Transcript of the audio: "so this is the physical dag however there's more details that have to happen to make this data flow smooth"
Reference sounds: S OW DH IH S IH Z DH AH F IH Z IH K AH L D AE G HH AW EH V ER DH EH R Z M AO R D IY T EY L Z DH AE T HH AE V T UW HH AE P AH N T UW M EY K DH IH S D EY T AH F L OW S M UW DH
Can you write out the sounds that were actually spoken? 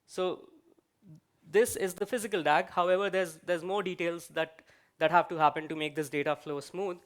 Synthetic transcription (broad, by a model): S OW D IH S IH Z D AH F IH Z IH K AH L D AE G HH AW EH V ER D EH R Z M AO R D IY T EY L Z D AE T HH AE V T UW HH AE P AH N T UW M EY K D IH S D EY T AH F L OW S M UW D